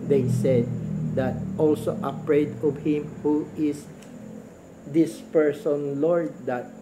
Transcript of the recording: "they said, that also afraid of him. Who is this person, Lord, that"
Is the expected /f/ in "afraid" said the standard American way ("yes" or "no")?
no